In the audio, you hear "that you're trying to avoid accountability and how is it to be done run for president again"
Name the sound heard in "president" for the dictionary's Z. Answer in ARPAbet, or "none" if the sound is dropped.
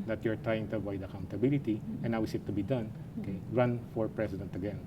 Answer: S